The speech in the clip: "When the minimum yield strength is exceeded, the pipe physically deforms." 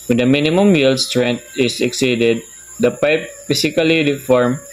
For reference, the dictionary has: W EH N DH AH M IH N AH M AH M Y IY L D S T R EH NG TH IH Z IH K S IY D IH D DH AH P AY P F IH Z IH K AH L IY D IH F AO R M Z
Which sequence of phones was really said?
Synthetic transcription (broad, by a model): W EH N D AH M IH N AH M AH M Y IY L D S T R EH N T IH S IH K S IY D IH D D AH P AY P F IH S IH K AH L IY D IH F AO R M